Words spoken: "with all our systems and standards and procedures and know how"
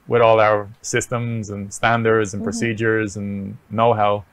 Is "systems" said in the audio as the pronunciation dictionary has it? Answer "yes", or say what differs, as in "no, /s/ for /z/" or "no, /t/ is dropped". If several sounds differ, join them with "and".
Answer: yes